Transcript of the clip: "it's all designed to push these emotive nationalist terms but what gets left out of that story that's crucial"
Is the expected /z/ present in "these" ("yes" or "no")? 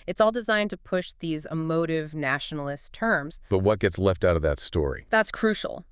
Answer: yes